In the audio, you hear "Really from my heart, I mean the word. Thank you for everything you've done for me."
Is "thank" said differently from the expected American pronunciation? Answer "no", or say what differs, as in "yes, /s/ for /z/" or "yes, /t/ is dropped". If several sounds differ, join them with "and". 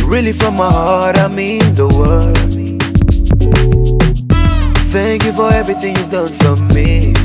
no